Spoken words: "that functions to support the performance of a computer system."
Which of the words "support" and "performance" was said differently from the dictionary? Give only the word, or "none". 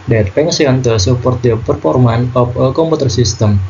performance